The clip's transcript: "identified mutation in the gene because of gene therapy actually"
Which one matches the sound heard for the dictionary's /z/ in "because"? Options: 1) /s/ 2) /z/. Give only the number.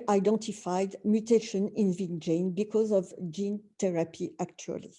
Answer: 2